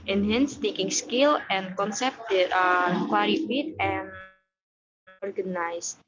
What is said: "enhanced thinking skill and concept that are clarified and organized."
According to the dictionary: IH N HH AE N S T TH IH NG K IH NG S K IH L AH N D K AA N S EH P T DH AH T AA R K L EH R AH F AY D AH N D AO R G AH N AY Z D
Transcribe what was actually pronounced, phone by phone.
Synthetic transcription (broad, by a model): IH N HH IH N S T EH K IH NG S K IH L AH N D K AA N S EH P T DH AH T AA R K W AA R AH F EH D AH N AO R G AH N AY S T